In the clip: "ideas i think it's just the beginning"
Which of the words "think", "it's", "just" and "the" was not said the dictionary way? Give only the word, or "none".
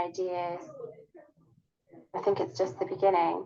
none